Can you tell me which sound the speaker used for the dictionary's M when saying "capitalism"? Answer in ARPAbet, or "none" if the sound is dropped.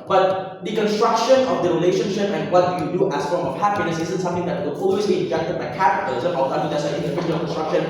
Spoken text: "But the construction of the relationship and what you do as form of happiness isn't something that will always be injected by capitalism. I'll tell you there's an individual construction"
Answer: none